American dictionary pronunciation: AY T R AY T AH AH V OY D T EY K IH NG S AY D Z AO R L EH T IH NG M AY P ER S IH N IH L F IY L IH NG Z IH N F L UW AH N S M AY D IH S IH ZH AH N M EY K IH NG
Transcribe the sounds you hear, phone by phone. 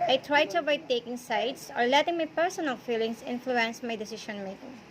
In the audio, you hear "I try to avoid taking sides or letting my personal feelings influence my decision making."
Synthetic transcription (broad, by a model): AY T R AY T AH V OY T EY K IH NG S AY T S AO R L EH T IH NG M AY P ER S IH N IH L F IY L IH NG S IH N F L UW AH N S M AY D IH S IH SH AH N M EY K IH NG